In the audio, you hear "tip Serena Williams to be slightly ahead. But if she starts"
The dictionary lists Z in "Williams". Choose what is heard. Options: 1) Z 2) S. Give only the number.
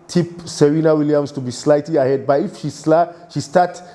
2